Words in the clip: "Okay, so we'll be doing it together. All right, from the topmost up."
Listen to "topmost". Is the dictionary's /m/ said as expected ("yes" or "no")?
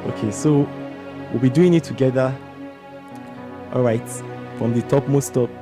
yes